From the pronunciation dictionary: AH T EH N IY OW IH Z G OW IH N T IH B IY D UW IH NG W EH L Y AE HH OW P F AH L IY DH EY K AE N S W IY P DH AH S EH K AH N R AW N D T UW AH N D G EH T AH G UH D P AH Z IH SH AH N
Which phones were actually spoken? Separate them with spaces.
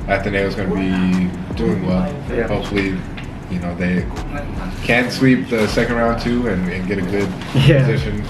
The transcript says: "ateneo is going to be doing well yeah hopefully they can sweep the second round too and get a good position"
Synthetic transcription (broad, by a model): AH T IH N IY IH Z G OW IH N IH B IY D UW IH NG W EH L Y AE HH OW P F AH N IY DH EY K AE N S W IY P DH AH S EH K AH N R AW N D T UW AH N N G EH T AH G UH D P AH Z IH SH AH N